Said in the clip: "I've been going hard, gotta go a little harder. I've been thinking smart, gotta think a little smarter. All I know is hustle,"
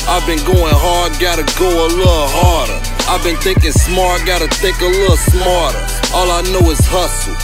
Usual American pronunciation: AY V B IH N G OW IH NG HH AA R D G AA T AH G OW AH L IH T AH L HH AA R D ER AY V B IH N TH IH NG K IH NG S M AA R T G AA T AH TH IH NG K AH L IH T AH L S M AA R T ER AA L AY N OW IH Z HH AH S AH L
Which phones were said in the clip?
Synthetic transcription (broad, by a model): AY V B IH N G OW IH NG HH AA R D G AA T AH G OW AH L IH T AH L HH AA R D ER AY V B IH N TH IH NG K IH NG S M AA R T G AA T AH T IH K AH L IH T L S M AA R T ER AA L AY N OW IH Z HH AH S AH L